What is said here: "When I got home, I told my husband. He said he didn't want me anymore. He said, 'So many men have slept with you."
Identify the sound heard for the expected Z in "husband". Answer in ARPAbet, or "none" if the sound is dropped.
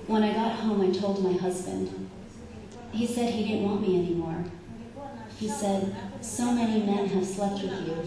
Z